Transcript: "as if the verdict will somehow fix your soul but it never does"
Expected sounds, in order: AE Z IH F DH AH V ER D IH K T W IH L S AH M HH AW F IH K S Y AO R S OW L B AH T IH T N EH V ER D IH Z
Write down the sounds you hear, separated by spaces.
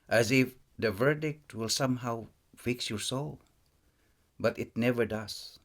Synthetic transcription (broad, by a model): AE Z IH F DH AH V ER D IH K T W IH L S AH M HH AW F IH K S Y AO R S OW L B AH T IH T N EH V ER D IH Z